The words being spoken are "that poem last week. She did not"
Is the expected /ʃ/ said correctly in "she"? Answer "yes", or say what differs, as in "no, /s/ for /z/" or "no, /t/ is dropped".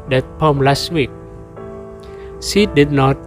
no, /s/ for /ʃ/